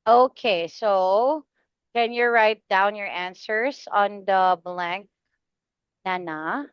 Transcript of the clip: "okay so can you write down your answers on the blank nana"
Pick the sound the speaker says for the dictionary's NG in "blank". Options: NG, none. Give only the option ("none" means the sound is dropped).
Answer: NG